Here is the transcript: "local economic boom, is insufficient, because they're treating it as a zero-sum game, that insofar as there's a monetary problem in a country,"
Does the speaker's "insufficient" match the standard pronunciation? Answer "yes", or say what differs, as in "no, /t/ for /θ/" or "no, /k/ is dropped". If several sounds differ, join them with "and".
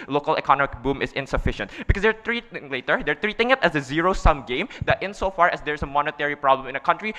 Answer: yes